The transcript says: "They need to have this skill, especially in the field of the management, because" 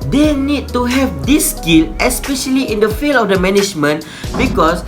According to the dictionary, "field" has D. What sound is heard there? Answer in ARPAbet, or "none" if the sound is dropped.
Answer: none